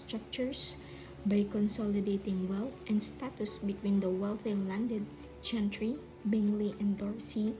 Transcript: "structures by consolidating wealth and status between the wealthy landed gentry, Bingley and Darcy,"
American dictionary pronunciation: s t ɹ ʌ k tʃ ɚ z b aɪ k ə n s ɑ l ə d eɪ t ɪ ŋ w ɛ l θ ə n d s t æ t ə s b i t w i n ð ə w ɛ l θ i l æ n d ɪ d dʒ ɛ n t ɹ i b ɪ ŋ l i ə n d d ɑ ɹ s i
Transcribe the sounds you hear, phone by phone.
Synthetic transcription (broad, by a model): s t ɹ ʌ k tʃ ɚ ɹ b aɪ k ə n s ɑ l ə d eɪ t ɪ ŋ w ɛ l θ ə n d s t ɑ t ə s b i t w i n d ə w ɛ l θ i l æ n d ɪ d tʃ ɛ n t ɹ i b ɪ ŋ l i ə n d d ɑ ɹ s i